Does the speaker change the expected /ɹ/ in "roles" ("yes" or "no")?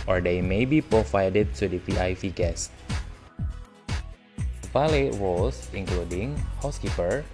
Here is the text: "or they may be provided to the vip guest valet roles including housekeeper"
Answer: yes